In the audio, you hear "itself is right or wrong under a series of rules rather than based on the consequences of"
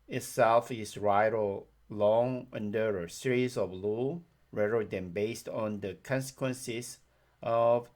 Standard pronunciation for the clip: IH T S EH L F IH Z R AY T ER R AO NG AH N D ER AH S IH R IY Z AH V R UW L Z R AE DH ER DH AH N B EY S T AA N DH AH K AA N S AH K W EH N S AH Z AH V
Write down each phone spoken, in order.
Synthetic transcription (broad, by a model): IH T S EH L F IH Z R AY T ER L AO NG AH N D ER AH S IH R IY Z AH V L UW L R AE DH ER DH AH N B EY S T AA N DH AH K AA N S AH K W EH N S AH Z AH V